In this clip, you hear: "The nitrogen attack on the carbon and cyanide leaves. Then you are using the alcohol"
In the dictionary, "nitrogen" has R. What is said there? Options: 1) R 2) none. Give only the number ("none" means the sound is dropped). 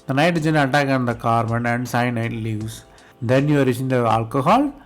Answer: 2